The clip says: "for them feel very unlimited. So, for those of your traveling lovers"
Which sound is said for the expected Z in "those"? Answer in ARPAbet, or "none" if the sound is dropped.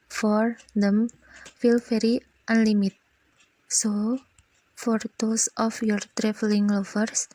S